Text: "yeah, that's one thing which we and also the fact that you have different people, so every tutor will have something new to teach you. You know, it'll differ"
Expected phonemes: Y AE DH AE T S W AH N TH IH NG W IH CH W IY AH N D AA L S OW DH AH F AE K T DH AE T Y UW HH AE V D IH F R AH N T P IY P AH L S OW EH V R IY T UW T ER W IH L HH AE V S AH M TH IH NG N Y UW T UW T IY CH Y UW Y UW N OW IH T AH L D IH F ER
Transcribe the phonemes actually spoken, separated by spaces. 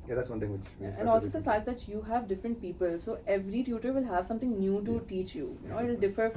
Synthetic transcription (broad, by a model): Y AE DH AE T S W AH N T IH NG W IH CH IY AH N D AA L S OW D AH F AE T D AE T Y UW HH AE V D IH F R AH N T P IY P AH L S OW EH V R IY T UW T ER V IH L HH AE V S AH M T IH NG N Y UW T UW T IY CH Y Y UW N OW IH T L D IH F ER